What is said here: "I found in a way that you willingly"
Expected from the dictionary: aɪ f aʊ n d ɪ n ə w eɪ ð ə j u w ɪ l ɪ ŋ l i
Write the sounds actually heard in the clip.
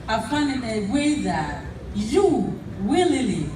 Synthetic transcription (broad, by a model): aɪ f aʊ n ɪ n ə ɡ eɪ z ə j u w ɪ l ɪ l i